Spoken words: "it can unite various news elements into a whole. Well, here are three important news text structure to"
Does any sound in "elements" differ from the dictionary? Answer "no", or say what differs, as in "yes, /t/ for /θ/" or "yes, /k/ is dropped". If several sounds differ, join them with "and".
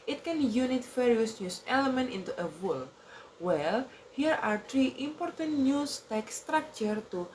yes, /s/ is dropped